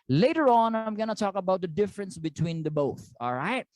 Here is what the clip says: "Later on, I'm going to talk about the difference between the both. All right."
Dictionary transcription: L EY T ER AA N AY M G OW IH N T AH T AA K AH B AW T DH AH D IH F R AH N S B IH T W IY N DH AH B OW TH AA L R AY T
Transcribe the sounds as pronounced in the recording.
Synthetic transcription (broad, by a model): L EY T ER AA N AY M G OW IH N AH T AA K AH B AW T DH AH D IH F R AH N S B IH T W IY N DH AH B OW TH AA L R AY T